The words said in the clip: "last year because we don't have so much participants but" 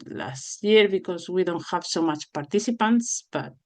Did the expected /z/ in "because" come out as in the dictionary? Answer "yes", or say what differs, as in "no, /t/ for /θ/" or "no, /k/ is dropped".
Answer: no, /s/ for /z/